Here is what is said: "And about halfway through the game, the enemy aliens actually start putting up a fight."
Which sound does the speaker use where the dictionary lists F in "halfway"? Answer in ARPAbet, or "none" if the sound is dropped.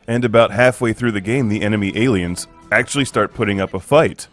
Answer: F